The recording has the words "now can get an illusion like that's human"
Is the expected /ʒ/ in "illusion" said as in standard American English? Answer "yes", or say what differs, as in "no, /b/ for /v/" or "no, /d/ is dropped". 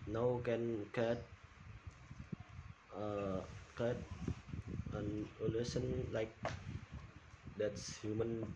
no, /s/ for /ʒ/